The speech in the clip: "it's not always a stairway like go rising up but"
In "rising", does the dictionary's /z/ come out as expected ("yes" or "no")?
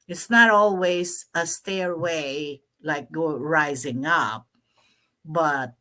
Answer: yes